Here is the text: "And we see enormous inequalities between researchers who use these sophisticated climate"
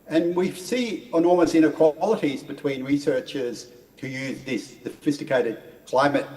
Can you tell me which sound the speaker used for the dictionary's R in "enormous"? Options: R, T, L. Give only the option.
L